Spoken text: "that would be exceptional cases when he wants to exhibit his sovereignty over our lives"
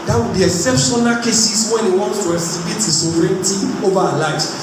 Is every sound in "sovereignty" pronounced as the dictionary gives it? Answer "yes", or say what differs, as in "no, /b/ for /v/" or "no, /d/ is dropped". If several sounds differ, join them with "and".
no, /v/ is dropped